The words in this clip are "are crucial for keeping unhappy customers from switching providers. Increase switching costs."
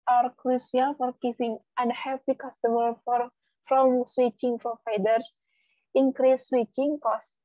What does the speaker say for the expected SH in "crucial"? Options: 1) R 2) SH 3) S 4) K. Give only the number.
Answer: 3